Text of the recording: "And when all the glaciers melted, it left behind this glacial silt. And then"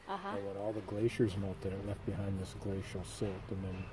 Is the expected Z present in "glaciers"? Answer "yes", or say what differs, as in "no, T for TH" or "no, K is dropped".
yes